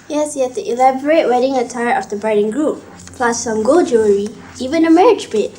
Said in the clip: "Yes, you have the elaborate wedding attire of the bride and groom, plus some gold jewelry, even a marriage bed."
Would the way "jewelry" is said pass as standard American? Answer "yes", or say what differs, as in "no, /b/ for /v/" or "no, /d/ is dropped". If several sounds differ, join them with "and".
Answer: no, /l/ is dropped